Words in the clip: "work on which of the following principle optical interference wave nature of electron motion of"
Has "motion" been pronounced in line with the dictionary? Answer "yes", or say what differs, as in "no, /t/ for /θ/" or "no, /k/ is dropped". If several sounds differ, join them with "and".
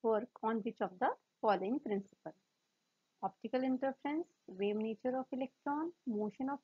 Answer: yes